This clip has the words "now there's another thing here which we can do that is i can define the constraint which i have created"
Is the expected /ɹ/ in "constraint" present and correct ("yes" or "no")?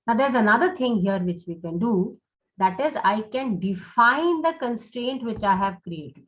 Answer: yes